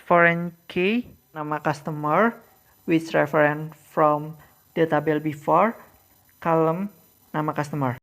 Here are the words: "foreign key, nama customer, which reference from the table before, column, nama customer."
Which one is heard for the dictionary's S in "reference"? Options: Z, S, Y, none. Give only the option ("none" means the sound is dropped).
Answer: none